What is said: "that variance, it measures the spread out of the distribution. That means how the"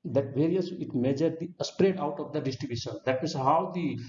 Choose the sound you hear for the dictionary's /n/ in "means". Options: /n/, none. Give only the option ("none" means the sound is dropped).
none